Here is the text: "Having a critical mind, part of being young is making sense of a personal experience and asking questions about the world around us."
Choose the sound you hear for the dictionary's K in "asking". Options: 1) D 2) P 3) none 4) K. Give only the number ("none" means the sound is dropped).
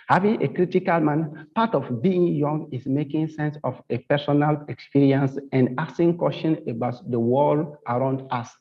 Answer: 3